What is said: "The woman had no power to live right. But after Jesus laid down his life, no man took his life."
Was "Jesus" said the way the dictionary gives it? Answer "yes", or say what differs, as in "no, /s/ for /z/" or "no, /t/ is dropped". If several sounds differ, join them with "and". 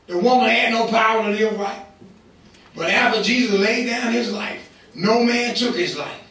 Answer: yes